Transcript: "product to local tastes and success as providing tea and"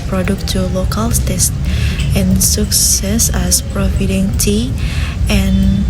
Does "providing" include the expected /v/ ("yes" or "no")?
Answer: no